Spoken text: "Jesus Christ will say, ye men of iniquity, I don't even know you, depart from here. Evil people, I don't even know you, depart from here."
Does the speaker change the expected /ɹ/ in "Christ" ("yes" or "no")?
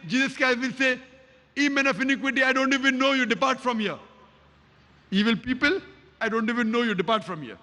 yes